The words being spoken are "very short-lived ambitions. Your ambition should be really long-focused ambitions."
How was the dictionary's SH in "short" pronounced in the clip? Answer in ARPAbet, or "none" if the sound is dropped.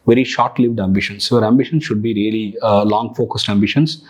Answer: SH